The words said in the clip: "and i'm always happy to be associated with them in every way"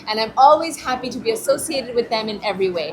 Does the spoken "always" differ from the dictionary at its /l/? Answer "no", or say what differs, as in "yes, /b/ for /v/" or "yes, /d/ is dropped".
no